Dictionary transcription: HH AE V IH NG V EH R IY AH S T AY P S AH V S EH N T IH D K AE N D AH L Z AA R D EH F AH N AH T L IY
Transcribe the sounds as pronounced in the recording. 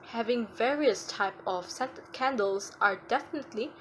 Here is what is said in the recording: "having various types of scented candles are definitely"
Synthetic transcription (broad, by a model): HH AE V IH NG V EH R IY AH S T AY P AH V S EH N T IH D K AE N D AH L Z AA R D EH F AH N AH T L IY